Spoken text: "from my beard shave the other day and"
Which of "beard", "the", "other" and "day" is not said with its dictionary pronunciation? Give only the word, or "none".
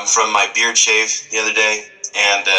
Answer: none